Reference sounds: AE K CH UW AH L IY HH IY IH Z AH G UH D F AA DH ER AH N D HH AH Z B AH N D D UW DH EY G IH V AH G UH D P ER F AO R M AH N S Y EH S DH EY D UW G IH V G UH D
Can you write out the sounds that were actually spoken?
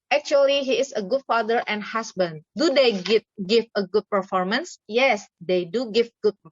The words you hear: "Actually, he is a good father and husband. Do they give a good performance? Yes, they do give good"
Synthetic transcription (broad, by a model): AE K CH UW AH L IY HH IY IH S AH G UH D F AA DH ER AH N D HH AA S B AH N D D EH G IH G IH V AH G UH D P ER F AO R M AH N S Y EH S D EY D UW G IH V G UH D